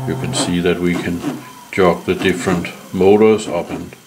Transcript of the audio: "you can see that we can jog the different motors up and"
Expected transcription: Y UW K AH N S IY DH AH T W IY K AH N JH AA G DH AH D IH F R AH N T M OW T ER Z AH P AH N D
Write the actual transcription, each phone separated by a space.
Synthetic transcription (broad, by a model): Y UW K AH N S IY DH AH T W IY K AH N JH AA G DH AH D IH F R AH N T M OW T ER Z AH P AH N